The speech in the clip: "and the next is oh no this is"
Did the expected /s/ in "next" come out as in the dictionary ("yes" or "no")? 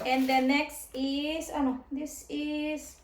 yes